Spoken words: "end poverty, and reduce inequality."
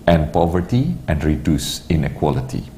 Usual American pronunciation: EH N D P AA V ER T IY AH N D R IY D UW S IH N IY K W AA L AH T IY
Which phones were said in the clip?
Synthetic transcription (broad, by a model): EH N P AA V ER T IY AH N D R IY D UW S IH N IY K W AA L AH T IY